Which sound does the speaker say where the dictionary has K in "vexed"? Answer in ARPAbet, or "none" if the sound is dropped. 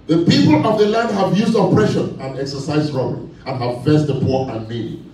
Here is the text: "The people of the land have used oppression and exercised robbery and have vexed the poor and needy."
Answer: none